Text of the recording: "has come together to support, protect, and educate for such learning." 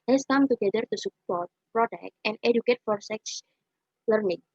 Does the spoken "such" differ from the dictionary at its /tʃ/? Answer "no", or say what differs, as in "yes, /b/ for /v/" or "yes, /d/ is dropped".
yes, /s/ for /tʃ/